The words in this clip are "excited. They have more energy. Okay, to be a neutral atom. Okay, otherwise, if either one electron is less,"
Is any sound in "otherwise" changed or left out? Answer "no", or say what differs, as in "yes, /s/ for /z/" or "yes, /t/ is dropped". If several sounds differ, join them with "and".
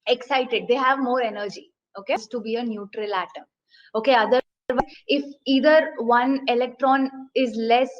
yes, /z/ is dropped